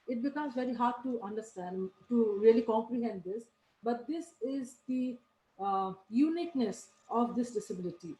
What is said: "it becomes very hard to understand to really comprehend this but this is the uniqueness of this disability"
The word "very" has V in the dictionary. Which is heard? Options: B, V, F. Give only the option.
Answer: V